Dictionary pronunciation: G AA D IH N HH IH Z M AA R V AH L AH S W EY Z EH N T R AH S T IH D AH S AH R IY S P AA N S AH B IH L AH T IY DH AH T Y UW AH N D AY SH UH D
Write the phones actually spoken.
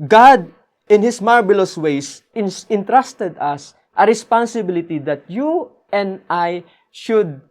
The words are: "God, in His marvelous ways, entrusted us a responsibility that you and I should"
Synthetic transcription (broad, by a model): G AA D IH N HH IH S M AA R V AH L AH S W EY S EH N T R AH S T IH D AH S AH R IY S P AA N S AH B IH L AH T IY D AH T Y UW AH N D AY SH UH D